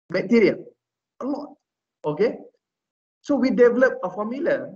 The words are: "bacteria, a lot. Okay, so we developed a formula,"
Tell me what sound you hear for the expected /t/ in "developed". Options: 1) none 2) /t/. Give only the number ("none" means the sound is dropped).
1